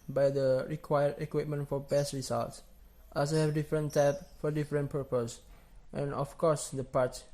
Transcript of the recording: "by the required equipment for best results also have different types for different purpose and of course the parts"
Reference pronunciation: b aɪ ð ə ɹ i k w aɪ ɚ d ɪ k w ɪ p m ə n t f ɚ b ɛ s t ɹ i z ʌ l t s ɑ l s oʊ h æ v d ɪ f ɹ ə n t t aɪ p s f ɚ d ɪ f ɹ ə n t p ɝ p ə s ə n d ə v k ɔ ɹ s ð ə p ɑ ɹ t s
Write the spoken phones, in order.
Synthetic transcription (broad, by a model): b aɪ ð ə ɹ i k w aɪ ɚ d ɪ k w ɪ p m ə n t f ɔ b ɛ s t ɹ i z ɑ l t s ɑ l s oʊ h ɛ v d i f ɹ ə n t t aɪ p f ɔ d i f ɹ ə n p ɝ p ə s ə n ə f k ɔ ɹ s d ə p ɑ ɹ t